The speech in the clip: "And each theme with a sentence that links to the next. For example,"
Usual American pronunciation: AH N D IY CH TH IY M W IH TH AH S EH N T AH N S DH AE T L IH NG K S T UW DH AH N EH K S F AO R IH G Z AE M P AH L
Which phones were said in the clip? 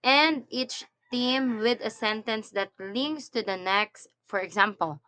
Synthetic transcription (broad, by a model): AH N D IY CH T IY M W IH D AH S EH N T AH N S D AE T L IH NG S T UW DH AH N EH K S F AO R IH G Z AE M P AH L